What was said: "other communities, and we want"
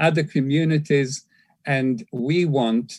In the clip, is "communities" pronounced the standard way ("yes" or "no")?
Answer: yes